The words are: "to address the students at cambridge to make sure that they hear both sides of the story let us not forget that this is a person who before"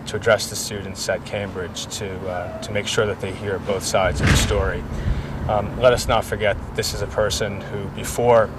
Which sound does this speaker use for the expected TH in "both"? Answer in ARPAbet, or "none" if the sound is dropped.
TH